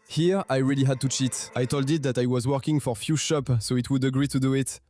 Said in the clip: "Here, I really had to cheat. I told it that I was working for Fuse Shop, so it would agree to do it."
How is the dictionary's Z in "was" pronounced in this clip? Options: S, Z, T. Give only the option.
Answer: Z